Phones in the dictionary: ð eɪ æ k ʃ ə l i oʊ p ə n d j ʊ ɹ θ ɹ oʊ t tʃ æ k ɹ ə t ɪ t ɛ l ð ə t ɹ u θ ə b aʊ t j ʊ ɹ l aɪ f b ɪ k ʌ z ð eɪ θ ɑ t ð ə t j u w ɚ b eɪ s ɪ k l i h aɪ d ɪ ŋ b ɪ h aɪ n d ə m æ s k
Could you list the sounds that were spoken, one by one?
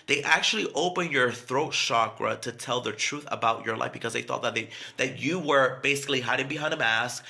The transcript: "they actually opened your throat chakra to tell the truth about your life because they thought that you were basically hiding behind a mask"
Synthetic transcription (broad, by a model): ð eɪ æ k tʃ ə l i oʊ p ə n j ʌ ɹ θ ɹ oʊ t ʃ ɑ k ɹ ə t ɪ t ɛ l ð ə t ɹ u θ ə b aʊ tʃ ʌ ɹ l aɪ f b ɪ k ʌ z ð eɪ θ ɑ t ð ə t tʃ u w ɚ b eɪ s ɪ k l i h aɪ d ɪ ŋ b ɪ h aɪ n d ə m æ s k